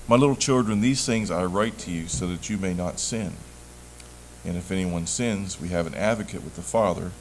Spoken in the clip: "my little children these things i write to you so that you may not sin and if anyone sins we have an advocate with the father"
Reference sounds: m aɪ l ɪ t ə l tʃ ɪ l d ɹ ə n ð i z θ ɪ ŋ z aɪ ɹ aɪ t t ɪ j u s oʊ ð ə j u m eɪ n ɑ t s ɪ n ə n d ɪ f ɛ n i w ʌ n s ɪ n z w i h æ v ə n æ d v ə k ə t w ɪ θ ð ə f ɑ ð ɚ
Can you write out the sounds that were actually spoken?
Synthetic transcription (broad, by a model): m aɪ l ɪ t l tʃ ɪ l d ɹ ə n ð i z θ ɪ ŋ z aɪ ɹ aɪ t t ɪ j u s oʊ ð ə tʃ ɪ m eɪ n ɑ t s ɪ n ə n ɪ f ɛ n i w ʌ n s ɪ n z w i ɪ v ə n æ d v ə k ə t w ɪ ð ə f ɑ ð ɚ